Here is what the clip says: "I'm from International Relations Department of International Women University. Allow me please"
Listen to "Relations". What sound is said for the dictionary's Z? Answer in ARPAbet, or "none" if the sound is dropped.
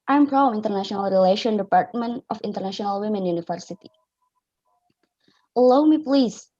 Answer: none